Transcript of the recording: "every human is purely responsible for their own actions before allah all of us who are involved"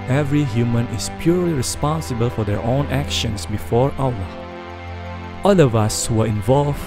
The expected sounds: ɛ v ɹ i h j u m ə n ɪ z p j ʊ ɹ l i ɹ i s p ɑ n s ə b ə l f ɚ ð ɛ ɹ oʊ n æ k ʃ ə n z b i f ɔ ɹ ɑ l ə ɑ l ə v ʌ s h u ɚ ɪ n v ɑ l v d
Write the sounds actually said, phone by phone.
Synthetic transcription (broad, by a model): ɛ v ɹ i h j u m ə n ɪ s p j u ɹ l i ɹ i s p ɑ n s ə b ə l f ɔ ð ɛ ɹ oʊ n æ k ʃ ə n s b i f ɔ ɹ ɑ w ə ɑ l ə v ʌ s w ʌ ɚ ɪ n v ɑ l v